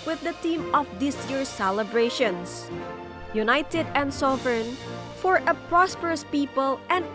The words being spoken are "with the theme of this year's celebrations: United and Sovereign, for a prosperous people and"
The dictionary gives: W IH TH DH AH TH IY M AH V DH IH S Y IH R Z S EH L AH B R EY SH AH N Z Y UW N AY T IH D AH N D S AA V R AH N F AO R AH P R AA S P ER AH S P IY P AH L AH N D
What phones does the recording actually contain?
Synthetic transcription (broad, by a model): W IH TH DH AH T IY M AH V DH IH S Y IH R S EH L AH B R EY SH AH N S Y UW N AY T IH D AH N D S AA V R N F AO R AH P R AA S P ER AH S P IY P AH L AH N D